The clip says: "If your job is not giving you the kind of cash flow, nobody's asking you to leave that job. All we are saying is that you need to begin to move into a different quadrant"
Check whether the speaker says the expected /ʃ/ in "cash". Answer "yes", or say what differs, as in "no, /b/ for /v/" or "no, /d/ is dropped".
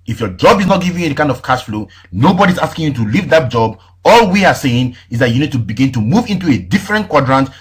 no, /s/ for /ʃ/